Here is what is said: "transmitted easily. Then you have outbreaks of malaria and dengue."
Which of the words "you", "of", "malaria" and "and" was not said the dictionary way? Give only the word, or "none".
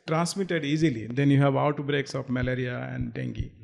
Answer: of